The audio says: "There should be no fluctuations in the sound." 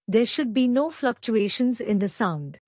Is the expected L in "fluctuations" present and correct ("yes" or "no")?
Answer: yes